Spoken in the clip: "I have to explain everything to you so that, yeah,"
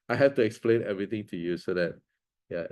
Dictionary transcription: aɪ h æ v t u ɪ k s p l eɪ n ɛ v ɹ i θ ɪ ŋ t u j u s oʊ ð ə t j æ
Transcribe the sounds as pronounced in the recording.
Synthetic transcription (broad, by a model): aɪ h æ f t u ɪ k s p l eɪ n ɛ v ɹ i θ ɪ ŋ t u j u s oʊ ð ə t j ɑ